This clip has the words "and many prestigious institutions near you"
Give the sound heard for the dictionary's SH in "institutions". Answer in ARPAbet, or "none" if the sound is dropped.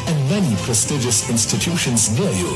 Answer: SH